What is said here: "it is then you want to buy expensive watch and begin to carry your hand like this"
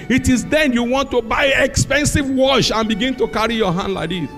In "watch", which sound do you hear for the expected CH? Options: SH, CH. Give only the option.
SH